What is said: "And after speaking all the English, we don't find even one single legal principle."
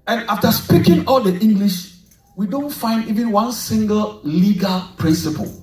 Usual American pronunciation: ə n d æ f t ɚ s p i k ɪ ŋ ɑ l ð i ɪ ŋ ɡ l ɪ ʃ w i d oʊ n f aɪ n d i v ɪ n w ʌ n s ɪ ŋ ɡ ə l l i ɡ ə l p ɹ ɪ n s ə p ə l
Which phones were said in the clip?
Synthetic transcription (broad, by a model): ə n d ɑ f t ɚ s p i k ɪ ŋ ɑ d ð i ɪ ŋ ɡ l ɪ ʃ w i d oʊ n f aɪ n d i v ɪ n w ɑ n s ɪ ŋ ɡ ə l l i ɡ ə l p ɹ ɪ n s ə p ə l